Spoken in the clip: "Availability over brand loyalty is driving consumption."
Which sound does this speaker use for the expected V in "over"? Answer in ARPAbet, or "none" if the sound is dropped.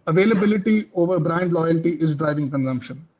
V